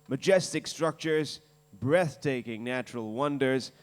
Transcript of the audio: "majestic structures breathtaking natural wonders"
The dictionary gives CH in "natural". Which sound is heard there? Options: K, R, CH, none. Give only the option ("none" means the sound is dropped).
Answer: CH